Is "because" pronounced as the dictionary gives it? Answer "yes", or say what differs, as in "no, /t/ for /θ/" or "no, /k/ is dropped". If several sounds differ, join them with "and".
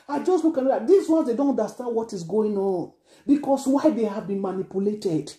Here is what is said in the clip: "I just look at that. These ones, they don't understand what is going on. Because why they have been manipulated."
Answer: no, /s/ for /z/